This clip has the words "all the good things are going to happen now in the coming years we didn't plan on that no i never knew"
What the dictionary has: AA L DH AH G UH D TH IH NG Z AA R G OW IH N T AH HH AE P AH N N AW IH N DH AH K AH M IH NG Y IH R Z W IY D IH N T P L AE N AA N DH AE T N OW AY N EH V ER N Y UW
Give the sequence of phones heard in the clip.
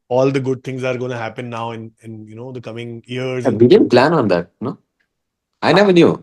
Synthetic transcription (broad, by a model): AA L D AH G UH D T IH NG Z AA R G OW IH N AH HH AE P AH N N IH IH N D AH K AH M IH NG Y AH R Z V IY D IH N P L AE N AA N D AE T N OW AY N EH V ER N Y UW